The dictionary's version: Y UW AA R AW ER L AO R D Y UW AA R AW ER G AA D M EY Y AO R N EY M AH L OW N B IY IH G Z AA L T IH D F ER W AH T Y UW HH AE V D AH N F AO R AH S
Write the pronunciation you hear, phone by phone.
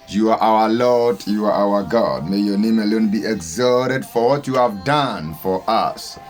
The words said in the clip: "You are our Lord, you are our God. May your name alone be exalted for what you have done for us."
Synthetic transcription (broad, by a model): Y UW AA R AW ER L AO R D Y UW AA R AW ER G AA D M EY Y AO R N EY M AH L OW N B IY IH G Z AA T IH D F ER W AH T Y UW HH AE V D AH N F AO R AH S